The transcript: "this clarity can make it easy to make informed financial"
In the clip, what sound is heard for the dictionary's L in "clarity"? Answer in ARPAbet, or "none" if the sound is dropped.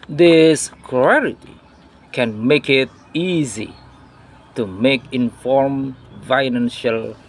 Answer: none